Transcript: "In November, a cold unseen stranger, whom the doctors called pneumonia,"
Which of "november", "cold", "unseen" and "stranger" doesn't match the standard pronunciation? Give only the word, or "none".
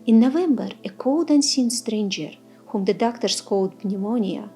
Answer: none